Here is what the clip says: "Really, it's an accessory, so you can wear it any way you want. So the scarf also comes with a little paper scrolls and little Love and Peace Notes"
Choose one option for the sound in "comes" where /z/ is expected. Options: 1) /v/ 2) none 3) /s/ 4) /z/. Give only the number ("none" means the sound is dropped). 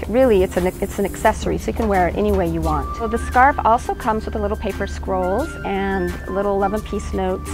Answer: 4